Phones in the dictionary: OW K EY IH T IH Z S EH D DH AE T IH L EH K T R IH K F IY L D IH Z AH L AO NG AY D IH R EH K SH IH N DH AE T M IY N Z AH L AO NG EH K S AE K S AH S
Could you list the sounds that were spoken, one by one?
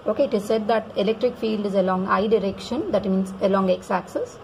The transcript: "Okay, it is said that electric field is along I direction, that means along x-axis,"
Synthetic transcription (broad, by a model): OW K EY IH T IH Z S EH D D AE T IH L EH K T R IH K F IY L D IH Z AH L AO NG AY D IH R EH K SH IH N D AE T M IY N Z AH L AO NG EH K S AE K S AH S